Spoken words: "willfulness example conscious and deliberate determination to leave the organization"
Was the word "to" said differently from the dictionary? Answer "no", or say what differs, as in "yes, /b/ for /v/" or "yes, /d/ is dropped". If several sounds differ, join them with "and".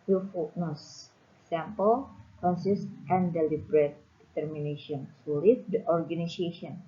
yes, /s/ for /t/